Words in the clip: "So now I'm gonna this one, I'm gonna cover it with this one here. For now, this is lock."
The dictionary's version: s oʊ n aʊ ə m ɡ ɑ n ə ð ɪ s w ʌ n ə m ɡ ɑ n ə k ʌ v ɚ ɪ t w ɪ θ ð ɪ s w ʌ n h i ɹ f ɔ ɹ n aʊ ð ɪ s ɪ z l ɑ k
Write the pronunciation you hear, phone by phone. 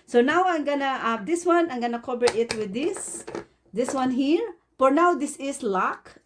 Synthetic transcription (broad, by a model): s oʊ n aʊ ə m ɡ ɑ n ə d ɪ s w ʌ n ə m ɡ ɑ n ə k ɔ b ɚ ɪ t w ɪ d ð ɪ s w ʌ n h i ɹ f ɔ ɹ n aʊ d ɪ s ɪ s l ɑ k